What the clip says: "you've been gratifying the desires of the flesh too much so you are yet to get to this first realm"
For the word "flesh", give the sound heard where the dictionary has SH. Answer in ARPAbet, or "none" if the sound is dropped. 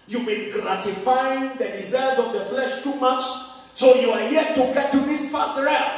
SH